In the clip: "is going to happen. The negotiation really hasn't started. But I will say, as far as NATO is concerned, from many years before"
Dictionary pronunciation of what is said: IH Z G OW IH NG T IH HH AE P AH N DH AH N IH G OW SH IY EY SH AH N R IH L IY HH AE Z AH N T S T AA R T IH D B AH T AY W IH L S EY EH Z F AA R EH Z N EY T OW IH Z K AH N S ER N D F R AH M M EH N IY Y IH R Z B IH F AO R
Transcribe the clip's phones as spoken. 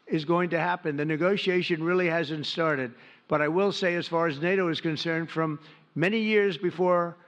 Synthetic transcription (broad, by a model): IH Z G OW IH NG T IH HH AE P AH N DH AH N IH G OW SH IY EY SH AH N R IH L IY HH AE Z AH N T S T AA R T IH D B AH T AY W IH L S EY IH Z F AA R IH Z N EY T OW IH Z K AH N S ER N D F R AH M M EH N IY Y IH R Z B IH F AO R